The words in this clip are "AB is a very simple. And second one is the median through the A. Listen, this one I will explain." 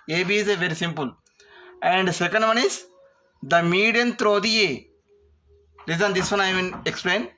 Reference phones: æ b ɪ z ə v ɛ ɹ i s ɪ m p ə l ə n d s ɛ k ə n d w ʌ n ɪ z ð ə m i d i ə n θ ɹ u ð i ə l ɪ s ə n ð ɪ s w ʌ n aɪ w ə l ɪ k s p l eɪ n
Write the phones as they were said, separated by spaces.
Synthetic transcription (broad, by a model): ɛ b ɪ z ə v ɛ ɹ i s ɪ m p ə l ə n d s ɛ k ə n d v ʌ n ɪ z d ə m i d i ə n t ɹ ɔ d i ə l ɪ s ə n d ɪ s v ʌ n aɪ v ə n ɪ k s p l eɪ n